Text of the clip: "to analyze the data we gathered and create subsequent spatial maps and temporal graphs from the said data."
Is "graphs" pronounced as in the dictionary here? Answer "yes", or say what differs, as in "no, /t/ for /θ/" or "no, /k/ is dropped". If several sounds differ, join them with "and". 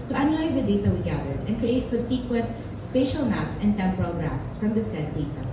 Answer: no, /p/ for /f/